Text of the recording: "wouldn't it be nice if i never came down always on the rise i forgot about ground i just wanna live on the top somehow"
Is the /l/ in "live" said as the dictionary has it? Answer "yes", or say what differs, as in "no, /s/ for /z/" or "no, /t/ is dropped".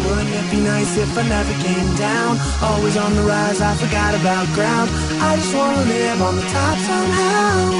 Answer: no, /n/ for /l/